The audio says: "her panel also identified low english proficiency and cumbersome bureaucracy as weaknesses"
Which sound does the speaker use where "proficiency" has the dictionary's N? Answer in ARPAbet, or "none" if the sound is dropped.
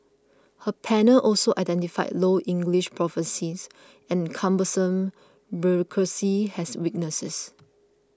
none